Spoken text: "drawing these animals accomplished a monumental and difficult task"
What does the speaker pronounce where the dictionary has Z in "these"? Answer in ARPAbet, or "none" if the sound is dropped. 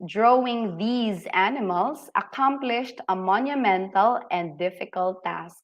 Z